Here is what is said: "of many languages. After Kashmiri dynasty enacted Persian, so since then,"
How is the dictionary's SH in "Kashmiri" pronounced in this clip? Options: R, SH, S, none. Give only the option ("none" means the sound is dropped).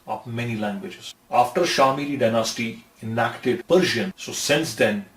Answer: none